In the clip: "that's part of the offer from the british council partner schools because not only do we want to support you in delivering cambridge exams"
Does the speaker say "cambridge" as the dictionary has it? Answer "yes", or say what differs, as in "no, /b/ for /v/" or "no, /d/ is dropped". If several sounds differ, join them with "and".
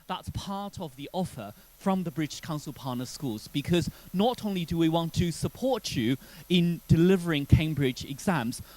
yes